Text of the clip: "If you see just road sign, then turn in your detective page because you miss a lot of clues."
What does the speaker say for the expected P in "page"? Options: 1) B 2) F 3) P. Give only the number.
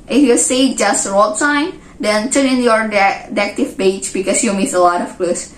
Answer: 1